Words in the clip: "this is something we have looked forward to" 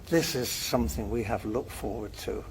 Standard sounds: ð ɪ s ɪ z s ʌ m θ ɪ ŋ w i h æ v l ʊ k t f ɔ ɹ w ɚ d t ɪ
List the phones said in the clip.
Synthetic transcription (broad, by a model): ð ɪ s ɪ z s ʌ m θ ɪ ŋ w i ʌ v l ʊ k t f ɔ ɹ w ɚ d t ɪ